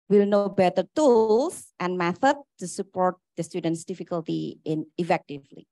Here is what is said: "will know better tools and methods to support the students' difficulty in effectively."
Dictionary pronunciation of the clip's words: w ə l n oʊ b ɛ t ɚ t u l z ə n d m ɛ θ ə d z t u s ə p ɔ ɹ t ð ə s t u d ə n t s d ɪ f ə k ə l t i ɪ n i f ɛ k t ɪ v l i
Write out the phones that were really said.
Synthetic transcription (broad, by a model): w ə l n oʊ b ɛ t ɚ t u l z ə n d m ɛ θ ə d t u s ə p ɔ ɹ t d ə s t u d ə n t s d ɪ f ə k ə l t i ɪ n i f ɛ k t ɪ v l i